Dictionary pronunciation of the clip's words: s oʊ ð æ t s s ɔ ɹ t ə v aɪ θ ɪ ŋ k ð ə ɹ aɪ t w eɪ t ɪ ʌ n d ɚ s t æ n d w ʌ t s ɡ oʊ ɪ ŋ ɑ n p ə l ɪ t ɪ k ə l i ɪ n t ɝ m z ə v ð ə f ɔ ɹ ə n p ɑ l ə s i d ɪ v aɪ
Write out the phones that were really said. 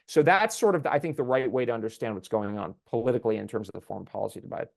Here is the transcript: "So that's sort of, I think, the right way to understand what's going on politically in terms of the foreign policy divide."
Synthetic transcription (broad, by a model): s oʊ ð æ t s s ɔ ɹ t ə v aɪ θ ɪ ŋ k ð ə ɹ aɪ t w eɪ t ɪ ʌ n d ɚ s t æ n d w ʌ t s ɡ oʊ ɪ ŋ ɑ n p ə l ɪ t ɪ k l i ɪ n t ɝ m z ə v ð ə f ɔ ɹ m p ɑ l ə s i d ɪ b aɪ